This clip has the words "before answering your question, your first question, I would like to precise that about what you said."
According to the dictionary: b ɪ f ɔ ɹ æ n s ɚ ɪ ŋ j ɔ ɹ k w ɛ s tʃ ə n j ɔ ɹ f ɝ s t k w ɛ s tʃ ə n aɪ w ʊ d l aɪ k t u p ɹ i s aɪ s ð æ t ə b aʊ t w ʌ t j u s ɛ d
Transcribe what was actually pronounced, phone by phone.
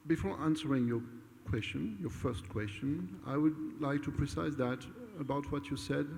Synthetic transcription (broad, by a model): b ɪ f ɔ ɹ æ n s ɚ ɪ ŋ j ɔ ɹ k w ɛ s tʃ ə n j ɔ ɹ f ɝ s t k w ɛ s tʃ ə n aɪ w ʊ d l aɪ k t u p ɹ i s aɪ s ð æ t ə b aʊ t w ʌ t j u s ɛ d